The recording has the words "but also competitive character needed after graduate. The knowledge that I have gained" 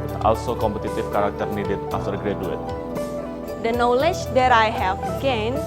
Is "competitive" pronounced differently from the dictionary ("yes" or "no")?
yes